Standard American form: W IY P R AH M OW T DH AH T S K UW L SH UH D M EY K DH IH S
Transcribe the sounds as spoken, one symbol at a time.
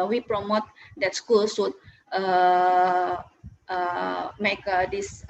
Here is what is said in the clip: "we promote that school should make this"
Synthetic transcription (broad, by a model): W IY P R AH M OW T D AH T S K UW L S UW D M EY K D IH S